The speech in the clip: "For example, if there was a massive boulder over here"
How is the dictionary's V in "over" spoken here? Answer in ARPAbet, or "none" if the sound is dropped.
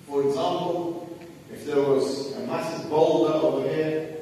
W